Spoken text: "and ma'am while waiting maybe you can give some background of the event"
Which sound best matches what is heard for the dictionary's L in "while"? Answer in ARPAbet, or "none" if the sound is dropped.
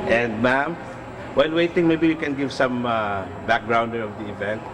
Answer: N